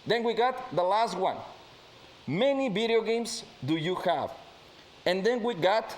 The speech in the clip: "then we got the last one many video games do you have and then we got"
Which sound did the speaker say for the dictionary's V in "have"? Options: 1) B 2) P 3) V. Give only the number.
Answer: 3